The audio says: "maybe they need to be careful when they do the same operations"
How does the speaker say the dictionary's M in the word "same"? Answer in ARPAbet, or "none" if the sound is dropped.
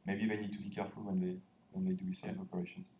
none